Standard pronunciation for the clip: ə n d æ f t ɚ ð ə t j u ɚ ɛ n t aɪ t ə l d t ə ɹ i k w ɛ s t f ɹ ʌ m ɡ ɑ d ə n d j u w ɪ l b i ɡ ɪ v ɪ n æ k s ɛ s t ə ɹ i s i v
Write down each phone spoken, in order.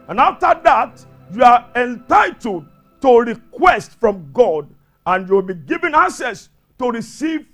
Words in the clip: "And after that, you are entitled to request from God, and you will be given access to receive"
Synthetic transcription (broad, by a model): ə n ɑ f t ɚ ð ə t j u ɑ ɛ n t aɪ t ə l d t ə ɹ i k w ɛ s t f ɹ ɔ m ɡ ɑ d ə n j u w ɪ l b i ɡ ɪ v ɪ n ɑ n s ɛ s t ə ɹ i s i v